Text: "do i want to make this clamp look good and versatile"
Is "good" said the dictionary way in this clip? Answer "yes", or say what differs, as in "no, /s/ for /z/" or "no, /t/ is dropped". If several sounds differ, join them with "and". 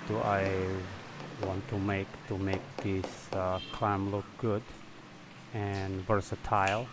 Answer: yes